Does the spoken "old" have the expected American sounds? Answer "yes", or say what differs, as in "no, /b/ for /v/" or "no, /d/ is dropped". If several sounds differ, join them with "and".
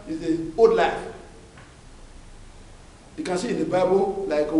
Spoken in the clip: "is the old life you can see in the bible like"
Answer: no, /l/ is dropped